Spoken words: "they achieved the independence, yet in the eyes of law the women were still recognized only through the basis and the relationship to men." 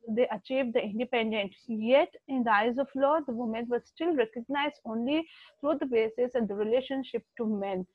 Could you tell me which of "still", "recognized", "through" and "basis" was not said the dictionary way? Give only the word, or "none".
through